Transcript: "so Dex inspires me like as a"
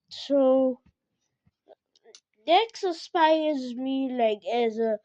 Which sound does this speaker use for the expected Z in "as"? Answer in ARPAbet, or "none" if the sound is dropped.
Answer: Z